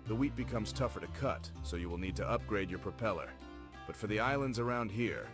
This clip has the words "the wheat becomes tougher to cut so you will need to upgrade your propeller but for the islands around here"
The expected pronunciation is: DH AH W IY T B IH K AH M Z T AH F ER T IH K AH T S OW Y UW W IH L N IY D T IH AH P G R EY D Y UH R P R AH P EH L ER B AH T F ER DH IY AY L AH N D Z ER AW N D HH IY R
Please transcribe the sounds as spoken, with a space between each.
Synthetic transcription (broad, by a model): DH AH W IY T B IH K AH M Z T AH F ER T IH K AH T S OW Y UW W IH L N IY D T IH AH P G R EY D Y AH R P R AH P EH L ER B AH T F ER DH IY AY L AH N D Z ER AW N D HH IY R